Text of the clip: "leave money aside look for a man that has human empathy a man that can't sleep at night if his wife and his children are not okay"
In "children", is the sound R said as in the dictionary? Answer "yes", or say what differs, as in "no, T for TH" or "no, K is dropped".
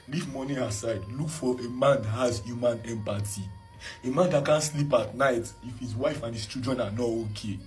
no, R is dropped